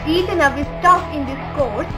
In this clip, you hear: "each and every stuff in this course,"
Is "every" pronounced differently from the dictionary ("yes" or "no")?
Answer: yes